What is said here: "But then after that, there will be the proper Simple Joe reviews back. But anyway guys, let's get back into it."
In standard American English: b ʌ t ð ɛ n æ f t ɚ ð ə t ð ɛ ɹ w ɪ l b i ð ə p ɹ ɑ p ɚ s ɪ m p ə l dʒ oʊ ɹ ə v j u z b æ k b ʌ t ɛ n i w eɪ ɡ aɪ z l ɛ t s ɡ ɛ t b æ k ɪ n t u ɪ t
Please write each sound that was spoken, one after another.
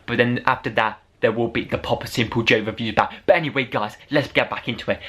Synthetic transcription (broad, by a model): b ʌ t ð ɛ n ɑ f t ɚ ð ə t ð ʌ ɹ w ɪ l b i ð ə p ɑ p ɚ s ɪ m p ə l dʒ oʊ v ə v j u z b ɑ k b ʌ t ɛ n i w eɪ ɡ aɪ z l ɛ t s ɡ ɛ t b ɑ k ɪ n t u ɪ t